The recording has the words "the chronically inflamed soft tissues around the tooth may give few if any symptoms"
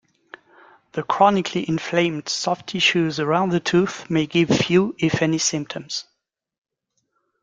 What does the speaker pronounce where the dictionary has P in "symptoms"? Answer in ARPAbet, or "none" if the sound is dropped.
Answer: P